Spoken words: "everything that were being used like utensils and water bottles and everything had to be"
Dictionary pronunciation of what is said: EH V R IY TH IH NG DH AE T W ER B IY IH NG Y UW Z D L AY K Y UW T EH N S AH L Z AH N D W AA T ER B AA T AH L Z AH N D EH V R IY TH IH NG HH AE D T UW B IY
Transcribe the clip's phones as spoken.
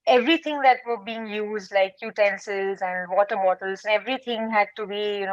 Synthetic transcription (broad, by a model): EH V R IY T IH NG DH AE T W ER B IY IH NG Y UW Z D L AY K Y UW T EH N S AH Z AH N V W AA T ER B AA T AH L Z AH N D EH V R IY T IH NG HH AE D T UW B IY